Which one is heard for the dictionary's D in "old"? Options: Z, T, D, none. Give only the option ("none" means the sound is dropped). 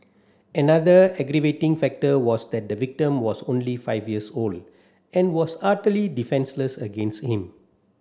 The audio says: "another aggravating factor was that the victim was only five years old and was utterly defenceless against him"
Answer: D